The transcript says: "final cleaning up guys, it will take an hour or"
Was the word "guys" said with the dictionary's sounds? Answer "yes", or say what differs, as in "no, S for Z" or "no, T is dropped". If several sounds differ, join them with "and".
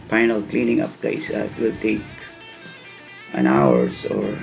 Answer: no, S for Z